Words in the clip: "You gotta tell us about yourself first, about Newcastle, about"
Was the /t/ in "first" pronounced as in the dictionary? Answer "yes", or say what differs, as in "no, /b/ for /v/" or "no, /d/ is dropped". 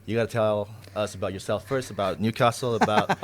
yes